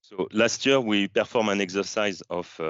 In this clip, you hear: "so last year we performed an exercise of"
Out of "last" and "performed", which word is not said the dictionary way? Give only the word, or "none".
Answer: performed